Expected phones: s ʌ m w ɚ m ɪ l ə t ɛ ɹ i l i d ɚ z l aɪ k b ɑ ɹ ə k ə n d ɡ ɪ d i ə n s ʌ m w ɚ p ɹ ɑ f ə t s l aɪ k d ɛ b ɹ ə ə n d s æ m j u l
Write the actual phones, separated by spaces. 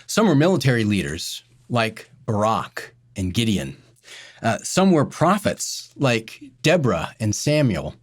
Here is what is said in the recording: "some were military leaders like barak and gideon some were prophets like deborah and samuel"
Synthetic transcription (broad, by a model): s ʌ m w ɚ m ɪ l ə t ɛ ɹ i l i d ɚ z l aɪ k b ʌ ɹ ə k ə n ɡ ɪ d i ə n s ʌ m w ɚ p ɹ ɑ f ə t s l aɪ k d ɛ b ɹ ə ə n s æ m j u l